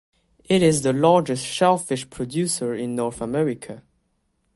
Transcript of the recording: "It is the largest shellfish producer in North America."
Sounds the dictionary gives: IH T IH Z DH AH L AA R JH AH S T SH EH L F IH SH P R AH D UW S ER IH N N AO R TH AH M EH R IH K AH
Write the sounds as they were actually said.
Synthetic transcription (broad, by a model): IH T IH Z DH AH L AA R JH AH S T SH EH L F IH SH P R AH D UW S ER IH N N AO R TH AH M EH R IH K AH